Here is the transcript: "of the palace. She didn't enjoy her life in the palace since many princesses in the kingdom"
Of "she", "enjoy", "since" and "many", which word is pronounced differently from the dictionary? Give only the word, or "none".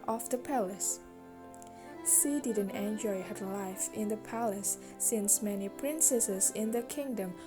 she